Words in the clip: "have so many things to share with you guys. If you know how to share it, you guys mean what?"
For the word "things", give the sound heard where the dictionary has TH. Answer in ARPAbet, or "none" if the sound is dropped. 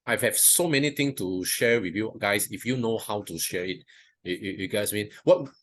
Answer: T